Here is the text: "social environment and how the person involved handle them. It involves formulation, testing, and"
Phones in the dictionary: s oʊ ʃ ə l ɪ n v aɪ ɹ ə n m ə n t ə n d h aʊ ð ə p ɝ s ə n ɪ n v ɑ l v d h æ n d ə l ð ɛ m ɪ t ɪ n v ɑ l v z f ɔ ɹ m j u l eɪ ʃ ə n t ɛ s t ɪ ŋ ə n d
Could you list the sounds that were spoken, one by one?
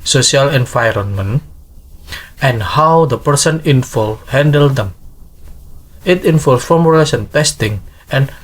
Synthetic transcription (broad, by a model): s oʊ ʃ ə l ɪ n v aɪ ɹ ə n m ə n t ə n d h aʊ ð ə p ɝ s ə n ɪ n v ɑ l h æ n d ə l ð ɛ m ɪ t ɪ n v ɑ l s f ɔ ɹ m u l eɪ s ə n t ɛ s t ɪ ŋ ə n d